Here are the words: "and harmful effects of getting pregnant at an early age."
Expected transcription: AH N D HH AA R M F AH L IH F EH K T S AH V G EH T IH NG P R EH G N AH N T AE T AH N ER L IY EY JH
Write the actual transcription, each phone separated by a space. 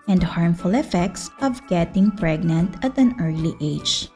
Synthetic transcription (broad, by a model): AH N D HH AA R M F AH L IH F EH K T S AH V G EH T IH NG P R EH G N AH N T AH T AH N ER L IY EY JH